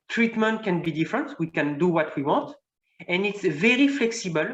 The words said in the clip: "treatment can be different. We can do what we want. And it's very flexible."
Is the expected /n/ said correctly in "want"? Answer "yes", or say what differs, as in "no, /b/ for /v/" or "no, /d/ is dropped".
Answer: no, /n/ is dropped